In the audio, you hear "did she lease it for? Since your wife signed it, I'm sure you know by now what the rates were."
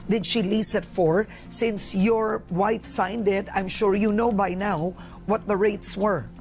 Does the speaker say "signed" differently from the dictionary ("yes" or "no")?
no